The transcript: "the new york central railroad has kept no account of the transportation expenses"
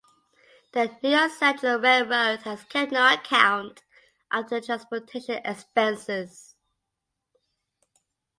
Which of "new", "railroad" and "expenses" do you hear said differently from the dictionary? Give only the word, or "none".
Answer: railroad